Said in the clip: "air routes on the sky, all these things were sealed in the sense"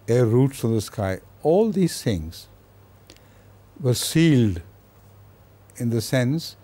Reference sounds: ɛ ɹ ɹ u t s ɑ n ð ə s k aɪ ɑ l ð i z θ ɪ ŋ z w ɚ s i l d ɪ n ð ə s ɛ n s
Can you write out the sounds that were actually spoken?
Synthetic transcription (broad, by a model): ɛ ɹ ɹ u t s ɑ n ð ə s k aɪ ɑ l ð i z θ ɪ ŋ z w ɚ s i l d ɪ n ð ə s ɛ n s